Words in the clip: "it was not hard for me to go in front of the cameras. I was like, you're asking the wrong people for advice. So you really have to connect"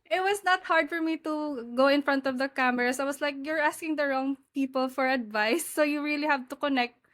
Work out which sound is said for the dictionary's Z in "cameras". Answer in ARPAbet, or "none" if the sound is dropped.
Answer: S